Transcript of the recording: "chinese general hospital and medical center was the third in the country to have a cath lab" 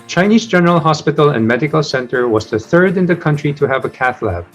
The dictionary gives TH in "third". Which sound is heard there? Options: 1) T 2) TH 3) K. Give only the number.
2